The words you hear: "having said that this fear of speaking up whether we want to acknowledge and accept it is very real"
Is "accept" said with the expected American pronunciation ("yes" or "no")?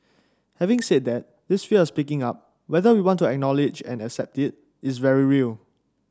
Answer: yes